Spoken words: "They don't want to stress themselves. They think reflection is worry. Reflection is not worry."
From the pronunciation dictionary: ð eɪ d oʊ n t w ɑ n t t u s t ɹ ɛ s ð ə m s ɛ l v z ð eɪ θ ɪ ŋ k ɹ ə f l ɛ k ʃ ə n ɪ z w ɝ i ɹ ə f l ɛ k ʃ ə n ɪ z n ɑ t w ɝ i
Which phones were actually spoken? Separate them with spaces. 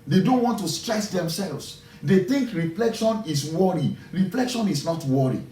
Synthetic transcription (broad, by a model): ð eɪ d oʊ n t w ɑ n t t u s t ɹ ɛ s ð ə m s ɛ l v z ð eɪ θ ɪ ŋ k ɹ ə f l ɛ k ʃ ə n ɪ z w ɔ i ɹ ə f l ɛ k ʃ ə n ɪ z n ɑ t w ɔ i